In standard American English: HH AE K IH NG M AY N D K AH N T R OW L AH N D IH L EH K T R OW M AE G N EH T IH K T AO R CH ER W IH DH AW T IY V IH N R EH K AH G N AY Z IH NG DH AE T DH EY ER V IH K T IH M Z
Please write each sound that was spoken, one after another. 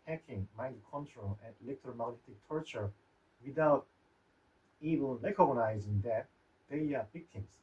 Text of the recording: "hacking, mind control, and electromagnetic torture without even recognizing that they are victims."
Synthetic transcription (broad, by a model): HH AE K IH NG M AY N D K AH N T R OW L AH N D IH L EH K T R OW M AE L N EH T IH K T AO R CH ER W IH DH AW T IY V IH L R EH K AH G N AY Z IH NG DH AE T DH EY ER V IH K T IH M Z